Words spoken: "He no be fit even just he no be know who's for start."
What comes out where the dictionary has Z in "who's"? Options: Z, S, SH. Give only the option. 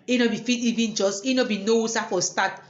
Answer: S